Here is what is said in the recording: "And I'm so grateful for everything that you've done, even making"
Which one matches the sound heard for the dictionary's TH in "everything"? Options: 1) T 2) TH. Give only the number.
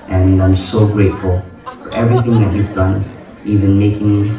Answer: 2